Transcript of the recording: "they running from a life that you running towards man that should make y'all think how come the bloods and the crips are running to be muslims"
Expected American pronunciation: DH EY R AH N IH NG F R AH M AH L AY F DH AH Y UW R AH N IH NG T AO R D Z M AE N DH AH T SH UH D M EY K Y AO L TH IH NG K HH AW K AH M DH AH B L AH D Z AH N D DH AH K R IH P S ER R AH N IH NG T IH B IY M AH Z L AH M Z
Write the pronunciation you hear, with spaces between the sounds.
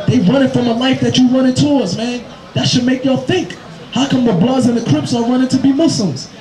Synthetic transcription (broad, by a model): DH EY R AH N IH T F R AH M AH L AY F DH AH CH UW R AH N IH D T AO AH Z M AE N DH AH T SH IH D M EY K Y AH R TH IH NG K HH AW K AH M DH AH B L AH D Z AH N DH AH K R IH P S ER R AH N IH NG T IH B IY M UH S L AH M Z